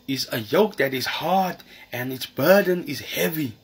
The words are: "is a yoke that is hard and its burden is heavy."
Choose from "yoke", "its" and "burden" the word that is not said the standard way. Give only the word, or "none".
none